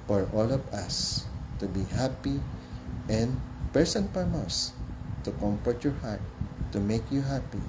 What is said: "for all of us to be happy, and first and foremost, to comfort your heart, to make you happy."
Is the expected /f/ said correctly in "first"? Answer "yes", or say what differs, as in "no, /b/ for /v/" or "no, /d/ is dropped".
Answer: no, /p/ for /f/